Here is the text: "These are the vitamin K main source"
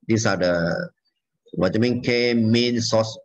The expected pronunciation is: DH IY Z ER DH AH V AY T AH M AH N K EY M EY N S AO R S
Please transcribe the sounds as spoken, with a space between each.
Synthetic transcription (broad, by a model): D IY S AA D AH W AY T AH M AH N K EY M EY N S AO S